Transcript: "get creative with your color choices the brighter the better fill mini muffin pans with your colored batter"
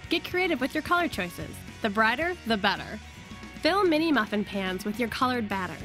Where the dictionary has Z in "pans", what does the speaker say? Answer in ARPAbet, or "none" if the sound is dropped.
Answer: Z